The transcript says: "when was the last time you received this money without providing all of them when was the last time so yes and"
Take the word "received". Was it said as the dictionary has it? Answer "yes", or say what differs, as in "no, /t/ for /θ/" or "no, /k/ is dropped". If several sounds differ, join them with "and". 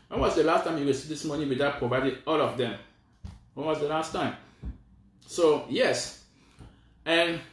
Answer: no, /w/ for /ɹ/ and /v/ is dropped